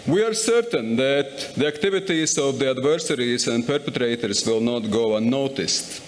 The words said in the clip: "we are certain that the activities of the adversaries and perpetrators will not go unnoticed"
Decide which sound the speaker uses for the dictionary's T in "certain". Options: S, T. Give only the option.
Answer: T